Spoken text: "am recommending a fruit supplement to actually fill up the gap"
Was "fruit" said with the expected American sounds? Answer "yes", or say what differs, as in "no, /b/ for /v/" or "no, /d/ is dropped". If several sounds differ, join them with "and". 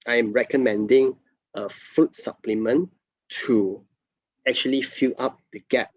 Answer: no, /ɹ/ is dropped